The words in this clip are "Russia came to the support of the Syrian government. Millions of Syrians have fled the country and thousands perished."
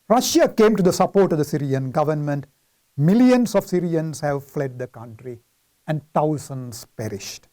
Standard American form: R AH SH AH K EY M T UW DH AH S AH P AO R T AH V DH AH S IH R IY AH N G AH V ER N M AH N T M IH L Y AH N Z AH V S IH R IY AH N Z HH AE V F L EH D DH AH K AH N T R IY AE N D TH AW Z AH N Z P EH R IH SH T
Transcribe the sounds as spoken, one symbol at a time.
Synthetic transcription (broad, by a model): R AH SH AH K EY M T UW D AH S AH P AO R T AH V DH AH S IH R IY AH N G AH V ER N M AH N T M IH L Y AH N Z AH V S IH R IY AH N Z HH AE V F L EH D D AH K AH N T R IY AE N D T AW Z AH N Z P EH R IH SH T